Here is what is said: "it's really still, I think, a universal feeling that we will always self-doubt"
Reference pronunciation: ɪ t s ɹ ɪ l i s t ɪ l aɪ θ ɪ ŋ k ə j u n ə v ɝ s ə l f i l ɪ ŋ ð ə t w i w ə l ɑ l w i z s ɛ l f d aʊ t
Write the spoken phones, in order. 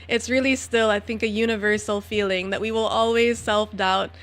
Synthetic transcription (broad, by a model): ɪ t s ɹ ɪ l i s t ɪ l aɪ θ ɪ ŋ k ə j u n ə v ɝ s l f i l ɪ ŋ ð ə t w i w ə l ɑ l w i z s ɛ l f d aʊ t